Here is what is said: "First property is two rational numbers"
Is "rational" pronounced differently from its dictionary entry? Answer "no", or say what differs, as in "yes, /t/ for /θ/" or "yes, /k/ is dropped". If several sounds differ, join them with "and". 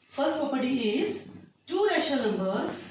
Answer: yes, /n/ is dropped